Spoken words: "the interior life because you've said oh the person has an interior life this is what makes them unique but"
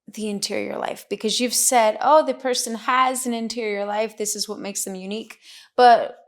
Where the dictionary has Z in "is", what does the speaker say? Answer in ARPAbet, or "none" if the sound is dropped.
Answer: Z